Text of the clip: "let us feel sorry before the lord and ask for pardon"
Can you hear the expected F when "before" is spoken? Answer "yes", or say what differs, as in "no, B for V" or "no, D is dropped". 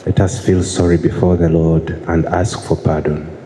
yes